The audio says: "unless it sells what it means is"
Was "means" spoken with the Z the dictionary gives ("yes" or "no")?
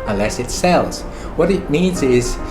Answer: yes